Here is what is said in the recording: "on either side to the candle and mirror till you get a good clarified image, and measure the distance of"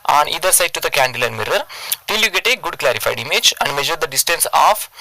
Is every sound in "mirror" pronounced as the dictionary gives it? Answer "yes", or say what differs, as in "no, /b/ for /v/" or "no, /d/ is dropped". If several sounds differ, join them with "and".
yes